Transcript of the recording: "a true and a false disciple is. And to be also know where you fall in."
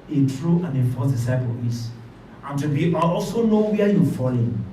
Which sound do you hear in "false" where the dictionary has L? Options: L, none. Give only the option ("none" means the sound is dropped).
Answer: none